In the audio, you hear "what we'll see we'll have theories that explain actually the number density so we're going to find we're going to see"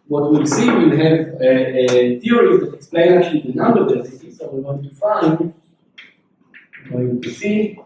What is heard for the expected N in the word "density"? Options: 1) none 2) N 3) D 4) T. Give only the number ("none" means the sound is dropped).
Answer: 1